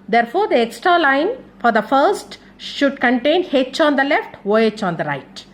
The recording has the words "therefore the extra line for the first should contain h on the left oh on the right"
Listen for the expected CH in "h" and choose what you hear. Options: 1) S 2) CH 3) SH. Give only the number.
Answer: 2